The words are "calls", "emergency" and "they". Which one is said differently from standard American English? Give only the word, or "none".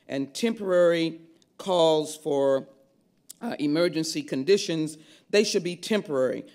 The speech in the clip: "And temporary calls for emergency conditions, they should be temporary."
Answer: none